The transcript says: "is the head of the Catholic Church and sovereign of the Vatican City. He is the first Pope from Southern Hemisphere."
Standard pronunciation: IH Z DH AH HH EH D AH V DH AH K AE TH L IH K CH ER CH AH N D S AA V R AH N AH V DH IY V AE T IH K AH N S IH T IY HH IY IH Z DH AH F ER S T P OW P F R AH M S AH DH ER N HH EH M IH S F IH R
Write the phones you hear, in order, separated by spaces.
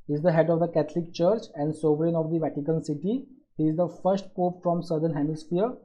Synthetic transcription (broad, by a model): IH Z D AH HH EH D AH V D AH K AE T L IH K CH ER CH AH N D S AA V R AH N AH V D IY V AE T IH K AH N S IH T IY HH IY IH Z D AH F ER S T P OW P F R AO M S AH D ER N HH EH M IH S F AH R